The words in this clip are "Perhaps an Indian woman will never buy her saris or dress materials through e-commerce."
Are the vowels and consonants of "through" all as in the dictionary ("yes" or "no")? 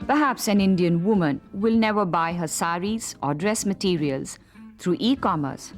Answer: no